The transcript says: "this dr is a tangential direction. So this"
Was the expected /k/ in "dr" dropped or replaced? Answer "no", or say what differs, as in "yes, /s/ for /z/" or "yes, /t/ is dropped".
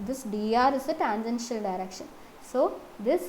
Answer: yes, /k/ is dropped